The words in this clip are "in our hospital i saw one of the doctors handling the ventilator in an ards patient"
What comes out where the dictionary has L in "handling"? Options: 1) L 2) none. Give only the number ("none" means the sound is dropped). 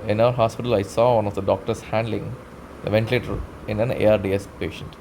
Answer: 1